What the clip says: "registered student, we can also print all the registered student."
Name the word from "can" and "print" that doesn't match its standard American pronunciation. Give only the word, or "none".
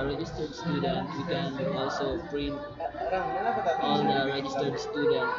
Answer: print